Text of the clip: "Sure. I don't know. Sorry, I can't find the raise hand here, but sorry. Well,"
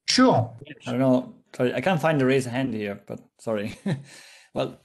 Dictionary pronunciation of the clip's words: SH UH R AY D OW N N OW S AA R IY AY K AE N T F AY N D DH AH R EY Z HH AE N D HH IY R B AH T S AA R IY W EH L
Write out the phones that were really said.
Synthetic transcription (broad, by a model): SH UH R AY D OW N N OW S AA R IY AY K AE N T F AY N D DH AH R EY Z HH AE N D HH IY R B AH T S AA R IY W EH L